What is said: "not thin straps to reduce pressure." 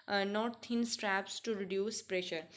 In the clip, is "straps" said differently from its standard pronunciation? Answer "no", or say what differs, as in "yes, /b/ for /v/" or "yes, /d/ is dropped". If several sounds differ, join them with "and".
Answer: no